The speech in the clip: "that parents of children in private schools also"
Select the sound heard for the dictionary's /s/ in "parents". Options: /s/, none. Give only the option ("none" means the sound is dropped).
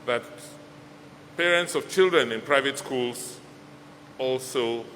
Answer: /s/